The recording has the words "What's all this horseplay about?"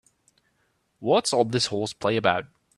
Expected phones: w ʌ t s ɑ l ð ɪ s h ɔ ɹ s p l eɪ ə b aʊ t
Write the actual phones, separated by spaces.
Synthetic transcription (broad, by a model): w ʌ t s ɑ l ð ɪ s h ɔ l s p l eɪ ə b aʊ t